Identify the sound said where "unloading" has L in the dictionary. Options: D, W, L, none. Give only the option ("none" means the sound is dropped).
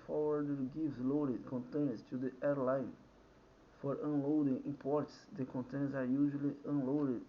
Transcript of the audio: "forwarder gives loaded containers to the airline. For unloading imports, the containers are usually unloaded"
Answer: L